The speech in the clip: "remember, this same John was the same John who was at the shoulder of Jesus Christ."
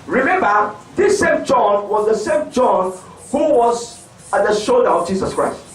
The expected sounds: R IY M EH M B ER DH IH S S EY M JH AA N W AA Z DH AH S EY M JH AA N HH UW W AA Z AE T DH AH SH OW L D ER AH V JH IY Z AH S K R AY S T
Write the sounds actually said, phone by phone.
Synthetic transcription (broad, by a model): R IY M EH M B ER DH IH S S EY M JH AA N W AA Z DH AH S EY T JH AA N HH UW W AA Z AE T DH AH SH OW L D ER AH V JH IY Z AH S K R AY S T